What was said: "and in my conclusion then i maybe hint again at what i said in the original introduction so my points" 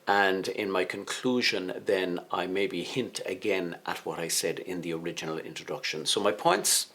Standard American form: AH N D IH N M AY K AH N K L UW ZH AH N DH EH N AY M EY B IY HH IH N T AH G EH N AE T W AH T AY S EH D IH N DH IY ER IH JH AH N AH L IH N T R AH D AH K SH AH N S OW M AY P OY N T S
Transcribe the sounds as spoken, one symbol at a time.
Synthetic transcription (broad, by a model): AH N D IH N M AY K AH N K L UW ZH AH N DH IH N AY M EY B IY HH IH N T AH G EH N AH T W AH T AY S EH D IH N DH IY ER IH JH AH N L IH N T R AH D AH K SH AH N S OW M AY P OY N T S